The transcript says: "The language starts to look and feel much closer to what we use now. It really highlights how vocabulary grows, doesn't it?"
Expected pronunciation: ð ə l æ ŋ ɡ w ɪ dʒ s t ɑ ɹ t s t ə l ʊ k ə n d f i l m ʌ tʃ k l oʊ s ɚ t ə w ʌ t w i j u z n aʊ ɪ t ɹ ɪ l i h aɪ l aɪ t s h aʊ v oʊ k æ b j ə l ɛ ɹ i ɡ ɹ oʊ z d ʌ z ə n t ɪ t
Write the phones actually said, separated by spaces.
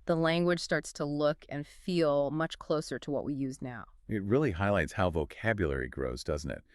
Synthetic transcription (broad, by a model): ð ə l æ ŋ ɡ w ɪ dʒ s t ɑ ɹ t s t ə l ʊ k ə n f i l m ʌ tʃ k l oʊ s ɚ t ə w ʌ t w i j u z n aʊ ɪ t ɹ ɪ l i h aɪ l aɪ t s h aʊ v oʊ k æ b j ə l ɛ ɹ i ɡ ɹ oʊ z d ʌ z n t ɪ t